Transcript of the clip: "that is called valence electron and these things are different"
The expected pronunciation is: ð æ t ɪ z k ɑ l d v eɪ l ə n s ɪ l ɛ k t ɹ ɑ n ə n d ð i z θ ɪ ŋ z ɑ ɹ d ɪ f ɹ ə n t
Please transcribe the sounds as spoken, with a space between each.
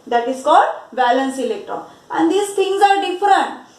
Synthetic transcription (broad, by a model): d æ t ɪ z k ɑ l d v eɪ l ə n s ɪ l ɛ k t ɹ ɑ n ə n d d i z t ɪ ŋ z ɑ ɹ d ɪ f ɹ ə n t